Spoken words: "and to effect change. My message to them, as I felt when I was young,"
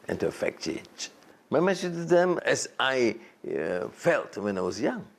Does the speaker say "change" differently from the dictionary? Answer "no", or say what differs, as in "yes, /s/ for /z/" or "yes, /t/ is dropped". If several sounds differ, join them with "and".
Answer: yes, /n/ is dropped